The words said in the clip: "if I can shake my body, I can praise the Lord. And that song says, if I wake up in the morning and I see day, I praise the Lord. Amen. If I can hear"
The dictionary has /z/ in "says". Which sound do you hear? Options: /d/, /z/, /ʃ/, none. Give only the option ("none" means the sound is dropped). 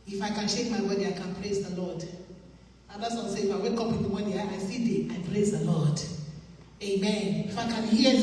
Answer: none